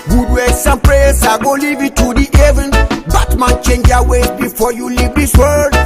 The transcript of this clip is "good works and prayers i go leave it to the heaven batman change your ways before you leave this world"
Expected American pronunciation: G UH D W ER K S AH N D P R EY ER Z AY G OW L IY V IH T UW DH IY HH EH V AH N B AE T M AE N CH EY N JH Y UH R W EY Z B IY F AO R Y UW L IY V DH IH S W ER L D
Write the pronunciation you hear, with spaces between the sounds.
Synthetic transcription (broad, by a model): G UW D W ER S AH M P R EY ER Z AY G OW L IY V IH T UW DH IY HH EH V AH N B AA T M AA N CH EY N JH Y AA W EY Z B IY F AO Y UW L IY V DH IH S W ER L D